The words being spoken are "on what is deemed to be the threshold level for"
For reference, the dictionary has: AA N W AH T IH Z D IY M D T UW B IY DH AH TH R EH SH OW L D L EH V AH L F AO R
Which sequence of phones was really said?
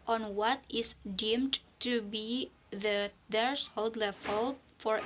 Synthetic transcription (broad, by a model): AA N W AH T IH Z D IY M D T UW B IY DH AH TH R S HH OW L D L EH F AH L F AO R